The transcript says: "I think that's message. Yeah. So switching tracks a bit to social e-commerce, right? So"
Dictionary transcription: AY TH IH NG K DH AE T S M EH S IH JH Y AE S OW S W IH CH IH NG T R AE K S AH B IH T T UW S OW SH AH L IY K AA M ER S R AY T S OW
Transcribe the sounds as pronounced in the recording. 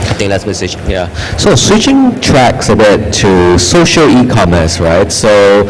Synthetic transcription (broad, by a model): AY T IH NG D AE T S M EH S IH CH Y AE S OW S W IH CH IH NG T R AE K S AH B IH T T UW S OW SH AH L IY K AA M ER S R AY T S OW